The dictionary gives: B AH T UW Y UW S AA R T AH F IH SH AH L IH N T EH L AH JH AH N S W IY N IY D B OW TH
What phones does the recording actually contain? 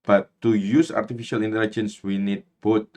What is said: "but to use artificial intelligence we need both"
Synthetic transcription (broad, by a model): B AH T UW Y UW S AA R T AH F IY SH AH L IH N T EH L AH JH AH N S W IY N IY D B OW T